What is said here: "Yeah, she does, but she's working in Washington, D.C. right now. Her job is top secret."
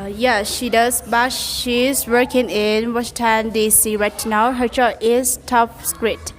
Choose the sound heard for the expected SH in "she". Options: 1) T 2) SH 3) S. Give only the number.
2